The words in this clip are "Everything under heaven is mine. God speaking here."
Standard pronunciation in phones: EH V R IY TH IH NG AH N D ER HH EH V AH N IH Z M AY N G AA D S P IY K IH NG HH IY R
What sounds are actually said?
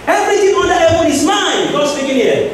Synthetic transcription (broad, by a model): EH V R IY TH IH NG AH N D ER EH W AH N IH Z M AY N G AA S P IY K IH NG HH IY